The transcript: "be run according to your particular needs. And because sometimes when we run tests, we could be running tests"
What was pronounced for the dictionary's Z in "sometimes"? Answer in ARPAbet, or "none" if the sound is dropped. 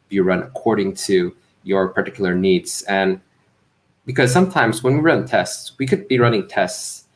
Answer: Z